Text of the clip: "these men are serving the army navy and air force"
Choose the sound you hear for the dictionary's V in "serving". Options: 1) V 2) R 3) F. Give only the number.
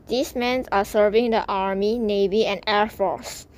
1